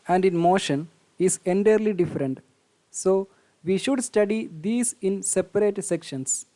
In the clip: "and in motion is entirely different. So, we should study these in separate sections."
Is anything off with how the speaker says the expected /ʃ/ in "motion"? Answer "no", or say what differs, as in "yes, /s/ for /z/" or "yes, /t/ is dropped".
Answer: no